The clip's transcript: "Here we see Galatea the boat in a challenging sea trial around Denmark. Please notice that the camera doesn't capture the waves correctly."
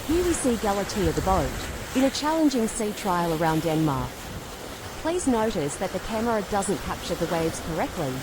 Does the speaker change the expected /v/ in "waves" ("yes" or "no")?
no